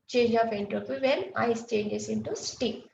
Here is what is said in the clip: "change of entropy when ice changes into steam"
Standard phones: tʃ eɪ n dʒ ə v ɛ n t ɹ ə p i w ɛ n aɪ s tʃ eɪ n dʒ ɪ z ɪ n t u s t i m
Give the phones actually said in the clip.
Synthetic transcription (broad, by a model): tʃ eɪ n dʒ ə f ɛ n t ɹ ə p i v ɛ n aɪ s tʃ eɪ n dʒ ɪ s ɪ n t u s t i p